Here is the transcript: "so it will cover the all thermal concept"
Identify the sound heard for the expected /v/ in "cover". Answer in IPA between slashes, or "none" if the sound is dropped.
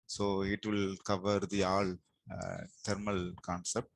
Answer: /v/